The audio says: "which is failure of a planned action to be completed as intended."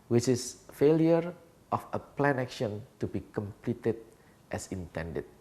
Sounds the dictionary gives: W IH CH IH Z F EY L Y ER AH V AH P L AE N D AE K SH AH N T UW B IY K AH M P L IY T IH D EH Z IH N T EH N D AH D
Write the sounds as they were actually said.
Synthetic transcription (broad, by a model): W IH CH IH S F EY L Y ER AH F AH P L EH N AE K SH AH N T UW B IY K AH M P L IY T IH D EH S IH N T EH N D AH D